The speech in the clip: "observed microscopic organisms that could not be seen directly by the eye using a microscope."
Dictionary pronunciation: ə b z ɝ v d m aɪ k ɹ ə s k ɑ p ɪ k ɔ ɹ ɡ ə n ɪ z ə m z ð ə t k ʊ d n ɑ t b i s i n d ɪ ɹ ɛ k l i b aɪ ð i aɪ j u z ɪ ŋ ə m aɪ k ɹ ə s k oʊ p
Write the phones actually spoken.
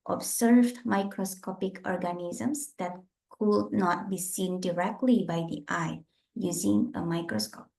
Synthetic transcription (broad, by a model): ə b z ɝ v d m aɪ k ɹ ə s k ɑ p ɪ k ɔ ɹ ɡ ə n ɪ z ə m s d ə t k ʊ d n ɑ t b i s i n d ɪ ɹ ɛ k l i b aɪ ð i aɪ j u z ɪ ŋ ə m aɪ k ɹ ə s k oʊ p